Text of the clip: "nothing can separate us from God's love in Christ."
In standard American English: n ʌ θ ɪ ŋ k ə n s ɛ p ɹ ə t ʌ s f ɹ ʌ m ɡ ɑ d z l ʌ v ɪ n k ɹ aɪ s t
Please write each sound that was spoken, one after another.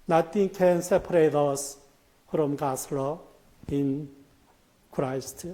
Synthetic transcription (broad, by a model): n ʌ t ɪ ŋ k ə n s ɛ p ɹ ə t ʌ s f ɹ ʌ m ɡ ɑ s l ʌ ɪ n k ɹ aɪ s t